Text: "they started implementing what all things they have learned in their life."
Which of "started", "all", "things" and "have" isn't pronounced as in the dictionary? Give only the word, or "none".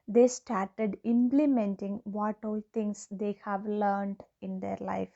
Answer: things